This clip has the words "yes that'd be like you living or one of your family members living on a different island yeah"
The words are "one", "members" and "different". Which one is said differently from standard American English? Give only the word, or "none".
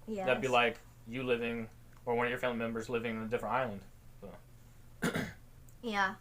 none